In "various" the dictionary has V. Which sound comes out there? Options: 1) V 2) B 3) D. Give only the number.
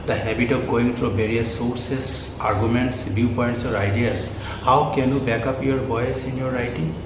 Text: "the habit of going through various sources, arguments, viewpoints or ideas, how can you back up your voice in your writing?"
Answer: 2